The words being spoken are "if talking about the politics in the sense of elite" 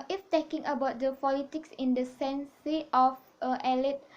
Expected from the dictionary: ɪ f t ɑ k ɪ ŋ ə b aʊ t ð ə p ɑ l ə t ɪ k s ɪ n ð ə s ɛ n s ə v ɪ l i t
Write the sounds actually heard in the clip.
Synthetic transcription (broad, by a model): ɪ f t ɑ k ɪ ŋ ə b aʊ t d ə p ɑ l ə t ɪ k s ɪ n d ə s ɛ n s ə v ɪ l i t